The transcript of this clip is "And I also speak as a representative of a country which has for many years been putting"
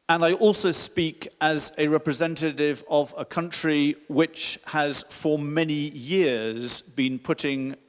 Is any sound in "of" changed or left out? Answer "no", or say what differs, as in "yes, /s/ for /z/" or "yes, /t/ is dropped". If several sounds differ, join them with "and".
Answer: no